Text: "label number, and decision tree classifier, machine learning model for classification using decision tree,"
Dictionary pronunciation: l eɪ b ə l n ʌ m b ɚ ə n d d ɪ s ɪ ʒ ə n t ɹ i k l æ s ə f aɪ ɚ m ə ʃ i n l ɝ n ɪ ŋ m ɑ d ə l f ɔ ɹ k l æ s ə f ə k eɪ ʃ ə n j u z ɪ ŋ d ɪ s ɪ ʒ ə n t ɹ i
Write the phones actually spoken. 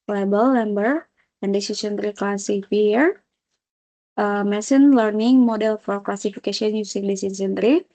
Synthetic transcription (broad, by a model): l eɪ b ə l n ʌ m b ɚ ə n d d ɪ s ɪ s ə n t ɹ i k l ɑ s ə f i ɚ m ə s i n l ɝ n ɪ ŋ m ɑ d ə l f ɔ ɹ k l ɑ s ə f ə k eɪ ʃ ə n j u s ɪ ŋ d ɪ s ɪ s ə n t ɹ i